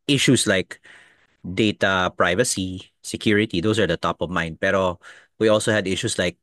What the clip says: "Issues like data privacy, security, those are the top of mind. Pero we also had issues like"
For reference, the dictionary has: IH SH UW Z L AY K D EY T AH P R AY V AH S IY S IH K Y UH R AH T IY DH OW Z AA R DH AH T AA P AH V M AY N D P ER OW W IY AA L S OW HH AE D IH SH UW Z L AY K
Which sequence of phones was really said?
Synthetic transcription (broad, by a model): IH SH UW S L AY K D EY T AH P R AY V AH S IY S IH K Y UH R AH T IY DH OW S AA R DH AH T AA P AH V M AY N D P ER OW W IY AA L S OW HH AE D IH SH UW S L AY K